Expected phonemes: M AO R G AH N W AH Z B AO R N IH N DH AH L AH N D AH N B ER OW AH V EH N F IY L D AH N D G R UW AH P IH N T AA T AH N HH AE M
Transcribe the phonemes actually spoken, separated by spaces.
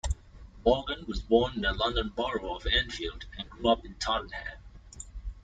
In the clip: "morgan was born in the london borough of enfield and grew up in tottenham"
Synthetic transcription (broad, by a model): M AO L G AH N W AH Z B AO R N IH N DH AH L AH N D AH N B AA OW AH V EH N F IY L D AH N G R UW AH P IH N T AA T N HH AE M